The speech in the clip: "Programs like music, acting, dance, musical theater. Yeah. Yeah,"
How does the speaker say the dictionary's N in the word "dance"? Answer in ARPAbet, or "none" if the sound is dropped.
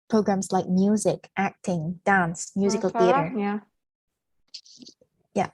N